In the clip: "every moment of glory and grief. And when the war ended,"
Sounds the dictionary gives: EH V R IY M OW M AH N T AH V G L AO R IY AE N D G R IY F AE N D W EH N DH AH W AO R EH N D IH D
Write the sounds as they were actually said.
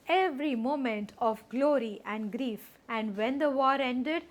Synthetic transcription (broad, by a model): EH V R IY M OW M AH N T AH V G L AO R IY AE N D G R IY F AE N D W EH N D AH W AO R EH N D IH D